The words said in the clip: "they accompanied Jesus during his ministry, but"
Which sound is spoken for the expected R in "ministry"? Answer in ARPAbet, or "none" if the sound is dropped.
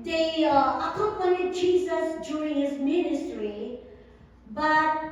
R